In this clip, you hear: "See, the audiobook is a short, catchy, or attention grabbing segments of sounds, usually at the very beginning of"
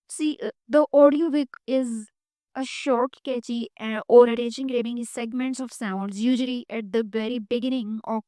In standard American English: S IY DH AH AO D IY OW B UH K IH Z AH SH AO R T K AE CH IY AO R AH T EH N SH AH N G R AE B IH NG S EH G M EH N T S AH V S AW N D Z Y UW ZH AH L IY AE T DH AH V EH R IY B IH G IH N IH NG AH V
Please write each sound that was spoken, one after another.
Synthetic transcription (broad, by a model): S IY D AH AO D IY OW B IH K IH Z AH SH AO R T K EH CH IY AO R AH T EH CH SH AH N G R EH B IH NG S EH G M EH N T S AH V S AW N D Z Y UW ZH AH L IY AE T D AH V EH R IY B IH G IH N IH NG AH